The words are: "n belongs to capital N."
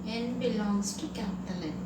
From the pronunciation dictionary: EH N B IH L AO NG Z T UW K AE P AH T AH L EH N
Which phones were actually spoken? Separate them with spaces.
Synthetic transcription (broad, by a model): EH N B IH L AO NG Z T UW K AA AH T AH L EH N